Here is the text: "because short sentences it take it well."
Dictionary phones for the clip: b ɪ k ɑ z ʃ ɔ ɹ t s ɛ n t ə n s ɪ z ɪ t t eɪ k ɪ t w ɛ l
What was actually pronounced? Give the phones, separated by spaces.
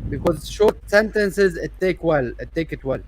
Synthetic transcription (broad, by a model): b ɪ k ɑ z ʃ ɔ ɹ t s ɛ n t ə n s ɪ z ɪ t t eɪ k ɪ t w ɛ l